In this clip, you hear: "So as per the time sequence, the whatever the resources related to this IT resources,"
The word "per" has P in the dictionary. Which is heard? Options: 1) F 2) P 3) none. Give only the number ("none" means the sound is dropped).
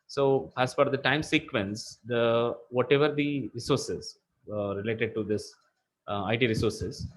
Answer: 1